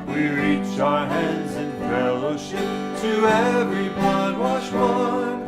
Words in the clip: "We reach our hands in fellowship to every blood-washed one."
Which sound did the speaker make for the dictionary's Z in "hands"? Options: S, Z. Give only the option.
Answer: Z